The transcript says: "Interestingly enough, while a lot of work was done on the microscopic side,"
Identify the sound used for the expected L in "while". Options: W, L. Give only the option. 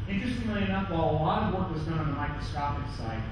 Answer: L